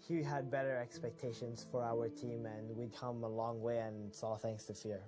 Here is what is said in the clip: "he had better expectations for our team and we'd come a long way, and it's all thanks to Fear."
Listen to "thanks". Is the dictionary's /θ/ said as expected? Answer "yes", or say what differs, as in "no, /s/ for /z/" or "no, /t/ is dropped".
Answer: yes